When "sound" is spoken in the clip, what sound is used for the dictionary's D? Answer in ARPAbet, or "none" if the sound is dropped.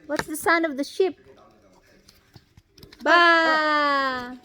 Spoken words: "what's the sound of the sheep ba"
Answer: none